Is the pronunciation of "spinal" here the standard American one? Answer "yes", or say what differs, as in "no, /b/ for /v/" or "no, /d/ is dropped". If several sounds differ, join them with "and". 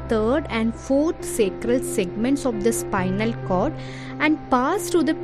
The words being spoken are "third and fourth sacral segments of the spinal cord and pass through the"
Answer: yes